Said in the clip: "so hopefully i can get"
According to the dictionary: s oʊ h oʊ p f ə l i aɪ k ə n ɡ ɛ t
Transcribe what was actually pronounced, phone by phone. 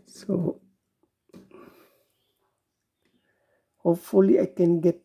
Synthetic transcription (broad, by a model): s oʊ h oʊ f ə l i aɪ k ə n ɡ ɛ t